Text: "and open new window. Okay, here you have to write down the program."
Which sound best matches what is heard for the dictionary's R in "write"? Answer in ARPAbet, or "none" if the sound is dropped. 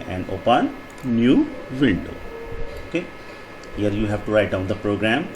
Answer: R